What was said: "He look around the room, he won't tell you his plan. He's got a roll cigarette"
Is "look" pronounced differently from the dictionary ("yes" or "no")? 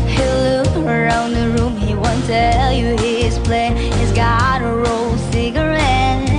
yes